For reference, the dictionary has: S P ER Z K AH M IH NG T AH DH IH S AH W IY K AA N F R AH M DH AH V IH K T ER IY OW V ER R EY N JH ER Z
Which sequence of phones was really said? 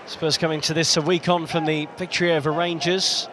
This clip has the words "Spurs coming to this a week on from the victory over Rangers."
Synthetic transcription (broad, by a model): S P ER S K AH M IH NG T AH DH IH S AH W IY K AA N F R AH M DH AH P IH K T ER IY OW V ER R EY N JH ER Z